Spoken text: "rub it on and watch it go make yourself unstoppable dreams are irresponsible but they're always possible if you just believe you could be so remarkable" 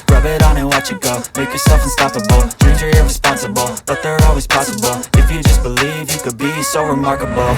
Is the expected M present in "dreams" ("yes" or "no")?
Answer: no